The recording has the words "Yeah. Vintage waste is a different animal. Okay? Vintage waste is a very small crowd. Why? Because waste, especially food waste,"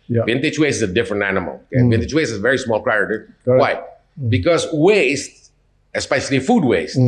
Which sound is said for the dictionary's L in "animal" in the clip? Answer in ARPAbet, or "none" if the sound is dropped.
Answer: L